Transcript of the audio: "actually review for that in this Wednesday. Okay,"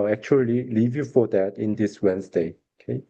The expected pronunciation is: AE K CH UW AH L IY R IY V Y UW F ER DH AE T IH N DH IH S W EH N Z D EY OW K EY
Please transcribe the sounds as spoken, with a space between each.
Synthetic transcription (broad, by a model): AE K CH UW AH L IY L IY V Y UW F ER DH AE T IH N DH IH S W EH N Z D EY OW K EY